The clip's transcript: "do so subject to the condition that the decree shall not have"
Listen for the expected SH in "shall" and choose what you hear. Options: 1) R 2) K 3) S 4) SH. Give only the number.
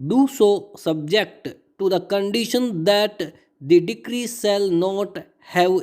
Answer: 3